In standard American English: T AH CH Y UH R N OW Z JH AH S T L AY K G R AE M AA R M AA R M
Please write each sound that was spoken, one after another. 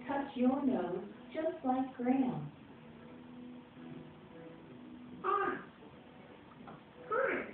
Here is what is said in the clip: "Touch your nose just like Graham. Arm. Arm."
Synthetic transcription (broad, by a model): T AH CH Y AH R N OW Z JH AH S T L AY K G R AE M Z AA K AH